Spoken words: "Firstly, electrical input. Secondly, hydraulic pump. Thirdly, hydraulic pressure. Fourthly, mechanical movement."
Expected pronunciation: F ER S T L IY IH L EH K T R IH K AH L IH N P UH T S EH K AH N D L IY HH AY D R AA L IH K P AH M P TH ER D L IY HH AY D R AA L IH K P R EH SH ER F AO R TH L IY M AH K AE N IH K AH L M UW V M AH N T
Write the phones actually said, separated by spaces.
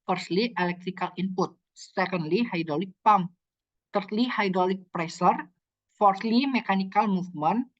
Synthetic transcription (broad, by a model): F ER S L IY IH L EH K T R IH K AH L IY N P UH T S EH K AH N D L IY HH AY D R AA L IH K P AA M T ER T L IY HH AY D R AA L IH K P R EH S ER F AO R T L IY M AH K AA N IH K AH L M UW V M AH N